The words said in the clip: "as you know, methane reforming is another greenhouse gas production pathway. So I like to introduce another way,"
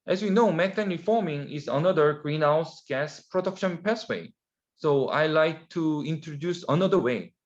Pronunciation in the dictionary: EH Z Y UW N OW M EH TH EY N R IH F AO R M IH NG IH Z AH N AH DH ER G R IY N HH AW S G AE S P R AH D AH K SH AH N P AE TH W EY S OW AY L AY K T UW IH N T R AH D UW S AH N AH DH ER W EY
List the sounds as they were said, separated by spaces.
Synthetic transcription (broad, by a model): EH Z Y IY N OW M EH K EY N R IH F AO R M IH NG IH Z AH N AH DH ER G R IY N HH AW S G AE S P R AH D AH K SH AH N P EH S W EY S OW AY L AY K T UW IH N T R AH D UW S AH N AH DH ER W EY